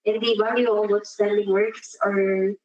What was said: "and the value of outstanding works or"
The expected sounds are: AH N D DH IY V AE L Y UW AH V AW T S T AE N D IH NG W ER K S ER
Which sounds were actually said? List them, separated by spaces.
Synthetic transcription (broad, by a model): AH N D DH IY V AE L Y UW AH W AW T S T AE N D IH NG W ER K S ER